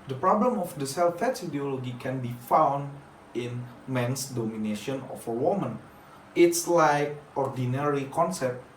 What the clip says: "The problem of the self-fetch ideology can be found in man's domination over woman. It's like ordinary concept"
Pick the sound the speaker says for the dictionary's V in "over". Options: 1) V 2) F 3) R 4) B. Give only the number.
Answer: 2